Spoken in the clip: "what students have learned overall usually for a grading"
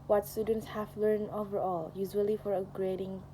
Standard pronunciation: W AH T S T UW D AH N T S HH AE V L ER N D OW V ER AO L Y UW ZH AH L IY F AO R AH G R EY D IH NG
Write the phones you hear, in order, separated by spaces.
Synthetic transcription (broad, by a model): W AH T S T UW D AH N T S HH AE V L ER N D OW V ER AO L Y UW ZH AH L IY F AO R AH G R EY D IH NG